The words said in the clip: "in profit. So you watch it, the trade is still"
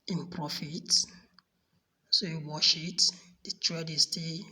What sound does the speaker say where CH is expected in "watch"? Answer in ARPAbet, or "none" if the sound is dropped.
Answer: SH